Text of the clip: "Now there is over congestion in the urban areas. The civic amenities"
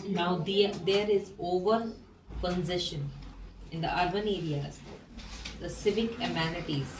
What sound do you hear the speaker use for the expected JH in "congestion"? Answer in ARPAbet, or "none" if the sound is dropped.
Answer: Z